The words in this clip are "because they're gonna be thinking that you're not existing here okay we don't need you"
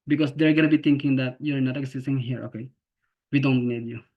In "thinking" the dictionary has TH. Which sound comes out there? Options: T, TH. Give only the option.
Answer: T